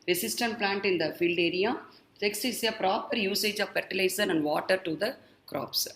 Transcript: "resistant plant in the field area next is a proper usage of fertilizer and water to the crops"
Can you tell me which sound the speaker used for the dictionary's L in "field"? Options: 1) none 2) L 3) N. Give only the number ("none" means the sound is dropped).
2